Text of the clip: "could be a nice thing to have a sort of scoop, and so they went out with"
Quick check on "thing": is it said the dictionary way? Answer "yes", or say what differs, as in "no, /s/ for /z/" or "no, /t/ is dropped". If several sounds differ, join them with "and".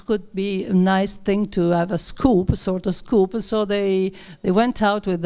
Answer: yes